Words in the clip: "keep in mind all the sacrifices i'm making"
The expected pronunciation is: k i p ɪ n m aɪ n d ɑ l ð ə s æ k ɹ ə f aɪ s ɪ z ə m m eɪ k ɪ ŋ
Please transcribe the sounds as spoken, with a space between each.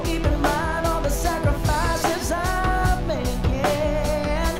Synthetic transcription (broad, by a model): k i p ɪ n m aɪ n d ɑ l ð ə s æ k ɹ ə f aɪ s ɪ z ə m m eɪ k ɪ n